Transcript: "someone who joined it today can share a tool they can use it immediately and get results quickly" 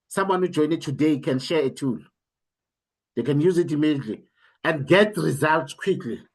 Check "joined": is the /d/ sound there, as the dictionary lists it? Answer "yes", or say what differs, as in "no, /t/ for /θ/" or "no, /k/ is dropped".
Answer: no, /d/ is dropped